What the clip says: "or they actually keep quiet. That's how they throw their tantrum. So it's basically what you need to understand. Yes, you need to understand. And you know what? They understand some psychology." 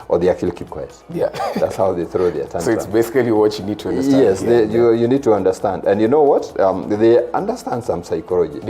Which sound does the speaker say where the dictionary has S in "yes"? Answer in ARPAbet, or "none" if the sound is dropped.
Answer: none